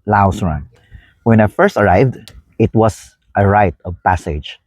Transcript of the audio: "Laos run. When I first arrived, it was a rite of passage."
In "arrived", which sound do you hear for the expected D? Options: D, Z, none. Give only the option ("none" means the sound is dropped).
D